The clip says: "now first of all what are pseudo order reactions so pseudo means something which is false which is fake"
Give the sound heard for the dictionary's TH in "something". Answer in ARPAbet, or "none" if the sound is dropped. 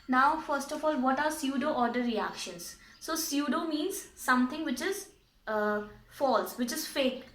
T